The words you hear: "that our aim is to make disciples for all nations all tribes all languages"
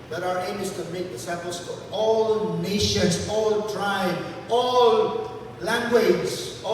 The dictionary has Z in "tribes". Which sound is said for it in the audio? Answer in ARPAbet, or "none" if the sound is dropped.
none